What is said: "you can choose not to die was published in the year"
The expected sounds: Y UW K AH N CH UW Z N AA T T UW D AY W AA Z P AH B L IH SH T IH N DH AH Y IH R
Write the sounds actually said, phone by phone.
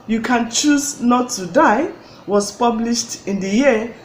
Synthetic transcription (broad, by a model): Y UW K AH N CH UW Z N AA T T UW D AY W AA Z P AH B L IH SH T IH N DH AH Y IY